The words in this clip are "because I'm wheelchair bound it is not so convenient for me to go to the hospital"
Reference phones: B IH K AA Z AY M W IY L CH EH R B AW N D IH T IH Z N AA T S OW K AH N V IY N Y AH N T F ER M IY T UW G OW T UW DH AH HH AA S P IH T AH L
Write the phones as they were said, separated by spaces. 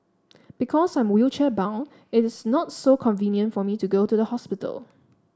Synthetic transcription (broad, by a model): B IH K AA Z AY M W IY L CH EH B AW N IH T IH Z N AA T S OW K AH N V IY N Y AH N T F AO M IY T UW G OW T UW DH AH HH AA S P IH T AH L